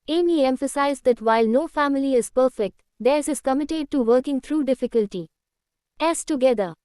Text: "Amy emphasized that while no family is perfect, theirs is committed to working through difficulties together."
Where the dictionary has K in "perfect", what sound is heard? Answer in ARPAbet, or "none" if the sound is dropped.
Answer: K